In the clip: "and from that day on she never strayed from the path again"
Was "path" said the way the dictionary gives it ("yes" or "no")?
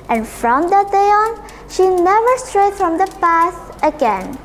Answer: no